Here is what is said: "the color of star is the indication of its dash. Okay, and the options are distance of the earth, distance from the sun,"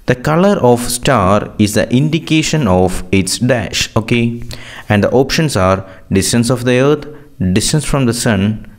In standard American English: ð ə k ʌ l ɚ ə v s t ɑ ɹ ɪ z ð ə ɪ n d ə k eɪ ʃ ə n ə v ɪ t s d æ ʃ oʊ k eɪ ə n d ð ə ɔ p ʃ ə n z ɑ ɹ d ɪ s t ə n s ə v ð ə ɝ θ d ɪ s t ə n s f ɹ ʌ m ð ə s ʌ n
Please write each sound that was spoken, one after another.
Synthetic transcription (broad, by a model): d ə k ʌ l ɚ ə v s t ɑ ɹ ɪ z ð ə ɪ n d ə k eɪ ʃ ə n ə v ɪ t s d æ ʃ oʊ k eɪ ə n d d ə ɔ p ʃ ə n s ɑ ɹ d ɪ s t ə n s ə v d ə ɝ t d ɪ s t ə n s f ɹ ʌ m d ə s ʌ n